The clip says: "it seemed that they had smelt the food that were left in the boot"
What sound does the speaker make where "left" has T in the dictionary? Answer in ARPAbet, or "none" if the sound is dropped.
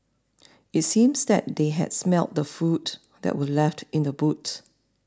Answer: T